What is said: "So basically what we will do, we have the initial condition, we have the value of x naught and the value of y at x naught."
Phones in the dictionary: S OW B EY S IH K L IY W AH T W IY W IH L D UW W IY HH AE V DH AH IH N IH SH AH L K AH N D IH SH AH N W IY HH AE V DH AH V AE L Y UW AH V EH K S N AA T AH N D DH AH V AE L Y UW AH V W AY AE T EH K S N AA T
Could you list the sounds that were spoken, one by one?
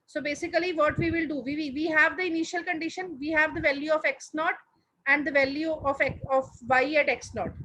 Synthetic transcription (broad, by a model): S OW B EY S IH K L IY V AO T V IY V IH L D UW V IY HH AE V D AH IH N IH SH AH L K AH N D IH SH AH N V IY HH AE V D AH V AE L Y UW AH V EH K S N AA T AH N D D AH V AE L Y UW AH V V AY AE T EH K S N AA T